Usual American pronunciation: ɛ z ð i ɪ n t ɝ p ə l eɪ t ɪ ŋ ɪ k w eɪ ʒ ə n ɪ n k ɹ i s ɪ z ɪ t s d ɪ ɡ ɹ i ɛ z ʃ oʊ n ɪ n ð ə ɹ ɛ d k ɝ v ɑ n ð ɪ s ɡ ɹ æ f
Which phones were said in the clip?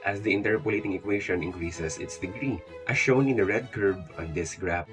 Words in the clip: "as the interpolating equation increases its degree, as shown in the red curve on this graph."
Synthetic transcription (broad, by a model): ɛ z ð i ɪ n t ɝ p ə l eɪ t ɪ ŋ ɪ k w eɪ ʃ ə n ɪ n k ɹ i s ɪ s ɪ t s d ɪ ɡ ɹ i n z ʃ oʊ n ɪ n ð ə ɹ ɛ d k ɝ b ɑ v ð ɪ s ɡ ɹ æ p